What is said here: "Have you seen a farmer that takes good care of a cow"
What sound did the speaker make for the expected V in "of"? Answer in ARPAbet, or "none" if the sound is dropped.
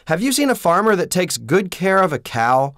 V